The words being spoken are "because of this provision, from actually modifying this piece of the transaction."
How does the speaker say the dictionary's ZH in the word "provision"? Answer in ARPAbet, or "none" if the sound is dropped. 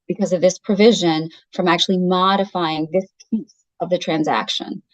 ZH